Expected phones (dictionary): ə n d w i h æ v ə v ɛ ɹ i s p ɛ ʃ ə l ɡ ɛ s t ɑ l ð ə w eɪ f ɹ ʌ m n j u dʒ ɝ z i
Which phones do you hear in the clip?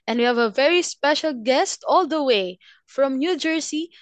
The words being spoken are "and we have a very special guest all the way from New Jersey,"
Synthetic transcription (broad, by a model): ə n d w i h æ v ə v ɛ ɹ i s p ɛ ʃ ə l ɡ ɛ s t ɑ l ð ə w eɪ f ɹ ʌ m n j u dʒ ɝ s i